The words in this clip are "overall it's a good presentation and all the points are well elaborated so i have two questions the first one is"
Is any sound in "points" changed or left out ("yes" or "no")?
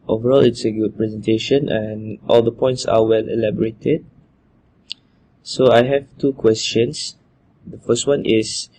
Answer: no